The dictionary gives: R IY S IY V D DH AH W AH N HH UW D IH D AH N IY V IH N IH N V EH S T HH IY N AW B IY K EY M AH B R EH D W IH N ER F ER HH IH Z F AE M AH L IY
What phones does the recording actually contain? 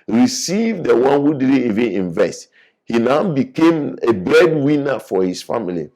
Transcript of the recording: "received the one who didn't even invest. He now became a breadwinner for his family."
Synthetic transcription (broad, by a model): R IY S IY V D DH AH W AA N HH UW D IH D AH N IY V IH N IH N V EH S T HH IY N AW B IY K EY M AH B R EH D W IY N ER F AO HH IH S F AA M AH L IY